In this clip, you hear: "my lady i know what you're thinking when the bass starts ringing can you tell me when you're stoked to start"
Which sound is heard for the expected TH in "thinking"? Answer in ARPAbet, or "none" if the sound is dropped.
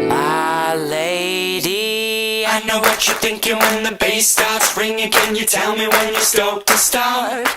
TH